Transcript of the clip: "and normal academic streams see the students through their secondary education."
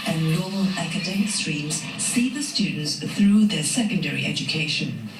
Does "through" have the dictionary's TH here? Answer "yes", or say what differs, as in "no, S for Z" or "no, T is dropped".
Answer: yes